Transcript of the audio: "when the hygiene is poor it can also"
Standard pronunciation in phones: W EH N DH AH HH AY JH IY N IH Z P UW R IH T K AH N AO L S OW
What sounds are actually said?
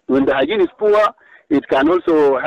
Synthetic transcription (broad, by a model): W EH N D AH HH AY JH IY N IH S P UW W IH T K AH N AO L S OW